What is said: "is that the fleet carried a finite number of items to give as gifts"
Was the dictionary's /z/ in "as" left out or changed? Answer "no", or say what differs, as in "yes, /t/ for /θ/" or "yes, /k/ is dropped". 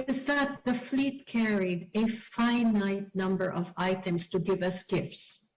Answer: yes, /s/ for /z/